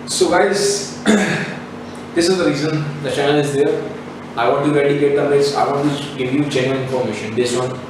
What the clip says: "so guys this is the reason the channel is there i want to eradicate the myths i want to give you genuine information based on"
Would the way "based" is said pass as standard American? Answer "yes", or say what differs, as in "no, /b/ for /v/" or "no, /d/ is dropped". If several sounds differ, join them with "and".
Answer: no, /t/ is dropped